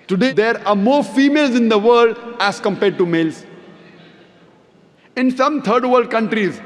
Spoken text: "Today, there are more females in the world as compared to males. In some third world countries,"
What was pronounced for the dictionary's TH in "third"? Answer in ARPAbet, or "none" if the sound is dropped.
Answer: T